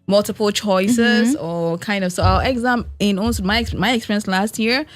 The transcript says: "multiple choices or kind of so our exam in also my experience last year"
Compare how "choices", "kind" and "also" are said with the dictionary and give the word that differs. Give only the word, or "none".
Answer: also